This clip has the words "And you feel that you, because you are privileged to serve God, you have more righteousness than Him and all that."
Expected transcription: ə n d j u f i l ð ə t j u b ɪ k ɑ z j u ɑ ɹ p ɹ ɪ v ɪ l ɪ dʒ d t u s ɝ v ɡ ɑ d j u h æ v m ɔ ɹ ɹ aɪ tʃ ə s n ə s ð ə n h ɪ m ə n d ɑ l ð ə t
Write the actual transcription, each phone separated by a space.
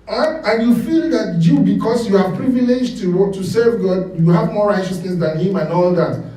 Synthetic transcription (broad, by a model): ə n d j u f i l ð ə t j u b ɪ k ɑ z j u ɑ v p ɹ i v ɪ l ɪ dʒ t t u s ɝ v ɡ ɑ d j u h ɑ v m ɔ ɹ ɹ aɪ tʃ ə s n ə s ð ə n h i m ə n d ɑ l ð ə t